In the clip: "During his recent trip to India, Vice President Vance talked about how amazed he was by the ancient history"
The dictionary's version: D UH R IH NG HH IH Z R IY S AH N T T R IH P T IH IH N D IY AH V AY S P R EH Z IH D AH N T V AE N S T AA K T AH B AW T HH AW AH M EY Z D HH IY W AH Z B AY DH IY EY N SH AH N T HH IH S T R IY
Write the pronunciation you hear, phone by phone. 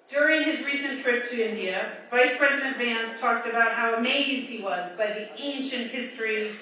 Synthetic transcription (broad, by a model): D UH R IH NG IH Z R IY S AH N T T R IH P T IH IH N D IY AH V AY S P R EH Z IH D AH N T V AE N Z T AA K T AH B AW T HH AW AH M EY Z D HH IY W AH Z B AY DH IY EY N SH AH N T HH IH S T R IY